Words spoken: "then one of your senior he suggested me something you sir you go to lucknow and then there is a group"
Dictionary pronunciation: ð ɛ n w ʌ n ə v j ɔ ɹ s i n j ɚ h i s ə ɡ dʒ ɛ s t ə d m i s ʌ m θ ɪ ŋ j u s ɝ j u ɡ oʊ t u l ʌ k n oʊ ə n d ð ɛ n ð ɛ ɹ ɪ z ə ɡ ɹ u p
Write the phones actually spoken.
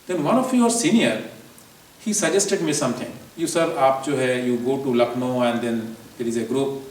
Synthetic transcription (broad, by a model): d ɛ n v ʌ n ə f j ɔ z s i n j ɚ h i s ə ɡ dʒ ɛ s t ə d m i s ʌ m t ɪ ŋ j u s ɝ j u ɡ oʊ t u l ʌ k n oʊ ə n d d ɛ n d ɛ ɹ ɪ z ə ɡ ɹ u p